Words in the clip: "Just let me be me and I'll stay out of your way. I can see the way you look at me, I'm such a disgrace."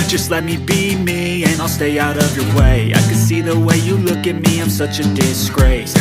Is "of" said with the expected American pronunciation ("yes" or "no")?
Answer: yes